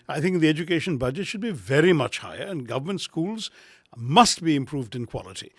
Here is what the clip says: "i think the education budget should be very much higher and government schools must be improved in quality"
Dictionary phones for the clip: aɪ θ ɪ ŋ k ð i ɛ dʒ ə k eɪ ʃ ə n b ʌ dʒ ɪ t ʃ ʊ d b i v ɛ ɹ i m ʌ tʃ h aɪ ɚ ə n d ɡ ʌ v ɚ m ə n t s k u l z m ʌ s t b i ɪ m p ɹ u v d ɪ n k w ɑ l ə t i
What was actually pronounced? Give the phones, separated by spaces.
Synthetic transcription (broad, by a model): aɪ θ ɪ ŋ k ð i ɛ dʒ ə k eɪ ʃ ə n b ʌ dʒ ɪ t ʃ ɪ d b i v ɛ ɹ i m ʌ tʃ h aɪ ɚ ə n ɡ ʌ v ɚ m ə n t s k u l z m ʌ s t b i ɪ m p ɹ u v d ɪ n k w ɑ l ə t i